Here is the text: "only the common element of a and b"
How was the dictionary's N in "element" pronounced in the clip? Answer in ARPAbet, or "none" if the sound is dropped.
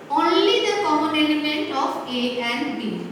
N